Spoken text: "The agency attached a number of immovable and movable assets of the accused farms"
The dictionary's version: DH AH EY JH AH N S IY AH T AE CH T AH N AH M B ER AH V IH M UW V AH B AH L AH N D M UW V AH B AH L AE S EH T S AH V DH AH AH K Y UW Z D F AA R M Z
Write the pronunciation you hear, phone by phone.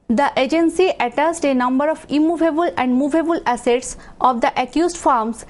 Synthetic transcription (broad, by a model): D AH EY JH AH N S IY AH T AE S T AH N AH M B ER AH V IH M UW V AH B AH L AH N D M UW V AH B AH L AE S EH T S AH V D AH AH K Y UW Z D F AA R M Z